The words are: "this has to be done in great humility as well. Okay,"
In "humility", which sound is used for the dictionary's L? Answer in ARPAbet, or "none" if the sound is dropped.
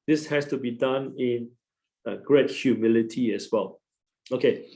L